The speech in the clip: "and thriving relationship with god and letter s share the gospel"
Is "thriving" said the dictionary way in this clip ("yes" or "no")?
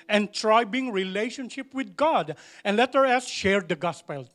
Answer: no